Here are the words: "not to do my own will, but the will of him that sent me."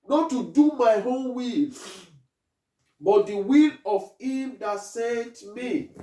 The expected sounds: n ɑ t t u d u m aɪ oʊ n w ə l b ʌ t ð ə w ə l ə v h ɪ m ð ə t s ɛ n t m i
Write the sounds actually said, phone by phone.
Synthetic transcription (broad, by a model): n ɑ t t u d u m aɪ oʊ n w ə l b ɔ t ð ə w ə l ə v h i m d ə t s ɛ t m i